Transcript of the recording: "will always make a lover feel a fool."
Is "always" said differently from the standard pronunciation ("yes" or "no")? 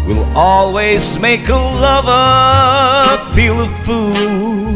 no